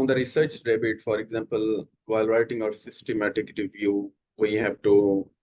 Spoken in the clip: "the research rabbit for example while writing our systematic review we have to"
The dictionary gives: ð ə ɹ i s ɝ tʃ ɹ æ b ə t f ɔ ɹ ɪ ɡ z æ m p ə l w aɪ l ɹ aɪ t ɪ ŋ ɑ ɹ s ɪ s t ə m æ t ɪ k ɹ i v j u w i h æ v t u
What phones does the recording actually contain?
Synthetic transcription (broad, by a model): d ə ɹ i s ɝ tʃ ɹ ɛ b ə t f ɔ ɹ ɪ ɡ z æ m p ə l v aɪ l ɹ aɪ t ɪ ŋ ɑ ɹ s ɪ s t ə m æ t ɪ k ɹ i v j u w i h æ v t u